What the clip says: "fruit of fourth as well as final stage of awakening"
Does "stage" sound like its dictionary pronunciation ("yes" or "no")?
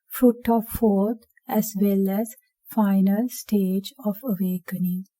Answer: yes